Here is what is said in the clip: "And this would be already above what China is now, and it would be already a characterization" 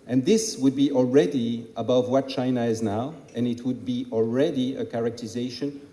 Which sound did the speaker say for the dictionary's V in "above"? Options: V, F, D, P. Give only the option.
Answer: V